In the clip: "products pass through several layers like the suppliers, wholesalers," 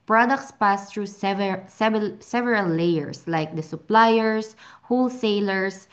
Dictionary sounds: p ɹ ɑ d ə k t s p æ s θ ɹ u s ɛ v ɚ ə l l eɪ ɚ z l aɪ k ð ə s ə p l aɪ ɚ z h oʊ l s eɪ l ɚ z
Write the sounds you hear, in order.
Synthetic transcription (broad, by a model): p ɹ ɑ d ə k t s p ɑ s t ɹ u s ɛ v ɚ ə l l eɪ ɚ s l aɪ k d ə s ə p l aɪ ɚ s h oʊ l s eɪ l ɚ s